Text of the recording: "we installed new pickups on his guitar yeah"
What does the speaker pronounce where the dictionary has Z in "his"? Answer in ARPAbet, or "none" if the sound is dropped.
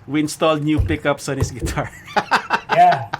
S